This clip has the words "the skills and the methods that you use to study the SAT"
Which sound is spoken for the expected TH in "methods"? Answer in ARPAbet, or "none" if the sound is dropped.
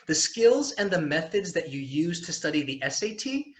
TH